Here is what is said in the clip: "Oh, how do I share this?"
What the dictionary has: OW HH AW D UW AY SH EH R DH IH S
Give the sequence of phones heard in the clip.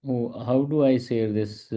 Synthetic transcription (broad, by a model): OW HH AW D UW AY S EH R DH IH S